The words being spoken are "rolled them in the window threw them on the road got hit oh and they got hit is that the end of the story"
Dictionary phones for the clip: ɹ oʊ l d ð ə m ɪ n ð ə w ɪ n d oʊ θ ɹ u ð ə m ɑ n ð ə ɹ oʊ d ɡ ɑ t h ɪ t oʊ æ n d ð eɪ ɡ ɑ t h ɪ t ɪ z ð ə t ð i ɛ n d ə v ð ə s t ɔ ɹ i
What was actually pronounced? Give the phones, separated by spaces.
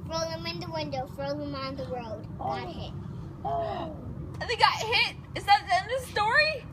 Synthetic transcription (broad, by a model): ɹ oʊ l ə m ɪ n ð ə w ɪ n d oʊ f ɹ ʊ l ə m ɑ n ð ə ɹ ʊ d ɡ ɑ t h ɪ t oʊ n ð eɪ ɡ ɑ t h ɪ t ɪ z ð ə t ð i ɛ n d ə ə s t ɔ ɹ i